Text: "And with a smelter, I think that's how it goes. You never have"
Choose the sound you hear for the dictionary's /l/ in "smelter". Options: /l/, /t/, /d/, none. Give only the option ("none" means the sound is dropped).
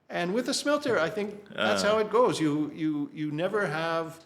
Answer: /l/